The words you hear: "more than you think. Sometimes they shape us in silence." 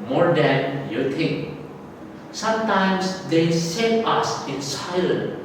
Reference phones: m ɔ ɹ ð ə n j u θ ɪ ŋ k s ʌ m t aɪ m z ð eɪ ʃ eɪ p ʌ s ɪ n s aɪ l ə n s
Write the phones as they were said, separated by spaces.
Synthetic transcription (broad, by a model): m ɔ ɹ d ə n j u t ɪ ŋ k s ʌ m t aɪ m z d eɪ s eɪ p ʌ s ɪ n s aɪ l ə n